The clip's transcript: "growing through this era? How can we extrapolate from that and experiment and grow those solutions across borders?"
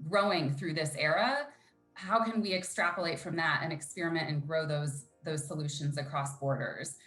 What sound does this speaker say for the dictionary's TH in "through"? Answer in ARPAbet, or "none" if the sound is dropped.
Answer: TH